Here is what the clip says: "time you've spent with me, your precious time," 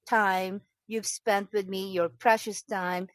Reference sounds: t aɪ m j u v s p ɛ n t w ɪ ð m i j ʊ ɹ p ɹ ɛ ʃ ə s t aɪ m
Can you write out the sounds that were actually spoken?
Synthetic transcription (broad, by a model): t aɪ m j u v s p ɛ n t w ɪ ð m i j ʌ ɹ p ɹ ɛ ʃ ə s t aɪ m